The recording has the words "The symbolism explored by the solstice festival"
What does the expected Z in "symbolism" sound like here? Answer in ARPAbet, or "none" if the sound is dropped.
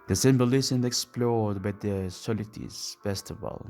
S